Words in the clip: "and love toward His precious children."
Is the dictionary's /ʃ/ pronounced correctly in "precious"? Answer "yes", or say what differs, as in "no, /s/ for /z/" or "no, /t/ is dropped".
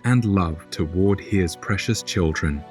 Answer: yes